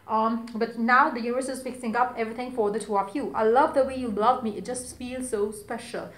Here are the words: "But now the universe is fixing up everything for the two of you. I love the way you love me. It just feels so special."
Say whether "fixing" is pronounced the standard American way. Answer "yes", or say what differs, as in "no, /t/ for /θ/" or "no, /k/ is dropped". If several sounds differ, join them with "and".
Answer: no, /p/ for /f/